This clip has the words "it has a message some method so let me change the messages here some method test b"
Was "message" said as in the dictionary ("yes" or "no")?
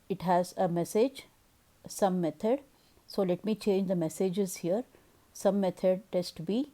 yes